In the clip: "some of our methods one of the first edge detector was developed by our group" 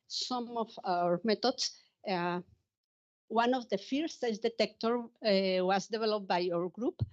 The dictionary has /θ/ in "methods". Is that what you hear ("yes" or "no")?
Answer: no